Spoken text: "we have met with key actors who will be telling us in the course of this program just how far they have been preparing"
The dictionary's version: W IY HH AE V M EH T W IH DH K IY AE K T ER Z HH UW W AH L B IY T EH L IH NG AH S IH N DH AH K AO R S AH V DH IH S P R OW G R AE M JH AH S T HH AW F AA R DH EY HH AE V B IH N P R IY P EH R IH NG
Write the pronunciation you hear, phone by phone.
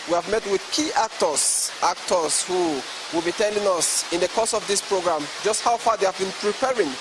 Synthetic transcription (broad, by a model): W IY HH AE V M EH T W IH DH K IY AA K T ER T HH UW W AH L B IY T EH L IH NG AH S IH N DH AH K AO S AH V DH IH S P R OW G R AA M JH AH S T HH AW F AA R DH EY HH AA V B IH N P R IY P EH R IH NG